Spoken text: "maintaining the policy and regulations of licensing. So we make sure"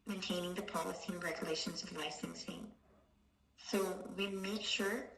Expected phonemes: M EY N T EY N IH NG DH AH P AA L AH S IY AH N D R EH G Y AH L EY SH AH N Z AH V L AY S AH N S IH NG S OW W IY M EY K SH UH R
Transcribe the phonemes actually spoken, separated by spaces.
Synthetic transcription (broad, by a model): M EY N T EY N IH NG DH AH P AA L AH S IY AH N R EH G Y AH L EY SH AH N Z AH V L AY S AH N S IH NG S OW W IY M EY K SH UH R